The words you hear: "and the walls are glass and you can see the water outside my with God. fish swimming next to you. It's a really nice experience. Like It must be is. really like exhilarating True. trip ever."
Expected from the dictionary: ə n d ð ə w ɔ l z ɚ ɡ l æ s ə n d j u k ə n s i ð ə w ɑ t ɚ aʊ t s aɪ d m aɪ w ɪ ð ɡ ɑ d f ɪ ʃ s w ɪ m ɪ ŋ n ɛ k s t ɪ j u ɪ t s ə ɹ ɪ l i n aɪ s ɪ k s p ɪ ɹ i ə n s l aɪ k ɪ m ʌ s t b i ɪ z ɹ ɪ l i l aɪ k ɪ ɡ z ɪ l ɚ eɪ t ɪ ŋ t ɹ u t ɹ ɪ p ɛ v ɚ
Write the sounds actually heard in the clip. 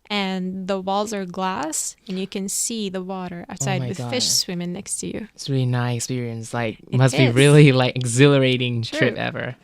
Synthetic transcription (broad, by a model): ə n ð ə w ɔ l z ɚ ɡ l æ s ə n j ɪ k ə n s i ð ə w ɑ t ɚ aʊ t s aɪ d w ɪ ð f ɪ ʃ s w ɪ m ɪ ŋ n ɛ k s t ɪ j u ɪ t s ɹ ɪ l i n aɪ ɪ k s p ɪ ɹ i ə n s l aɪ k m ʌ s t b i ɹ ɪ l i l aɪ k ɪ ɡ z ɪ l ɚ eɪ t ɪ ŋ t ɹ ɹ ɪ p ɛ v ɚ